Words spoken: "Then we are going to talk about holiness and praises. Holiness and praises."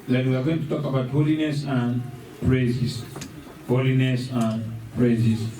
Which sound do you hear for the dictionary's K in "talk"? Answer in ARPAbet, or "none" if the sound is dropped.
K